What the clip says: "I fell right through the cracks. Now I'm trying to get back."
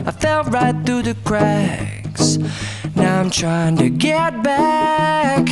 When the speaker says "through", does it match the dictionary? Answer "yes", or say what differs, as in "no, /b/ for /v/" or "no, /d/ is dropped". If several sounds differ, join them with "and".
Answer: yes